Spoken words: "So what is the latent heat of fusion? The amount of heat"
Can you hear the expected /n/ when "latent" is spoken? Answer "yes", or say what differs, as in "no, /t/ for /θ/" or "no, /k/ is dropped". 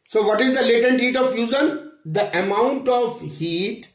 yes